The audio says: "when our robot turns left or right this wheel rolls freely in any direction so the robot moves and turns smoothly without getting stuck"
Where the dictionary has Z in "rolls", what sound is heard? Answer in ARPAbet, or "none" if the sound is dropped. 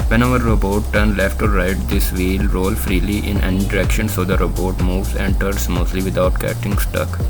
none